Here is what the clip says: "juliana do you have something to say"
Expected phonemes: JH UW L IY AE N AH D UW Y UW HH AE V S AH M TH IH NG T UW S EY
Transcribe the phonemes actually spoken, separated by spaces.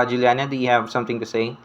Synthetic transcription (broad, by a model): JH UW L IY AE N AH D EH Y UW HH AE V S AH M T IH NG T UW S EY